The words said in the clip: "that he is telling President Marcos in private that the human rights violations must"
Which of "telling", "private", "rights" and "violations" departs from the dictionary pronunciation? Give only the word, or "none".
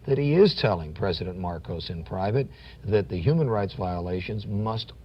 none